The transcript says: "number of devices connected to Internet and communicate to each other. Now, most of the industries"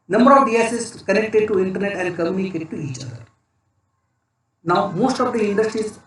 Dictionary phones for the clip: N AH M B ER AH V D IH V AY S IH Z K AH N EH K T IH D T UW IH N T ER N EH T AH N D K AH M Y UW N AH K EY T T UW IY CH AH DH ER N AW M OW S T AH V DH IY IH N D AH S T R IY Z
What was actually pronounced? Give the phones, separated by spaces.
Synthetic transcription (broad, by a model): N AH M B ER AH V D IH AY S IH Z K AH N EH K T IH D T UW IH N T ER N EH T AH N D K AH M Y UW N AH K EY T T UW IY CH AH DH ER N AW M OW S T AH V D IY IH N D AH S T R IY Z